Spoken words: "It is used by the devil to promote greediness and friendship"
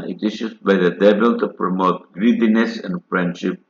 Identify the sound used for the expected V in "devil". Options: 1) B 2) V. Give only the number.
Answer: 1